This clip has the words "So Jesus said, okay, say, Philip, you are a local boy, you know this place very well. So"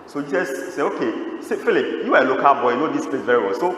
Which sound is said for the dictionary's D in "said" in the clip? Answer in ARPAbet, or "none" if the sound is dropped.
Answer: none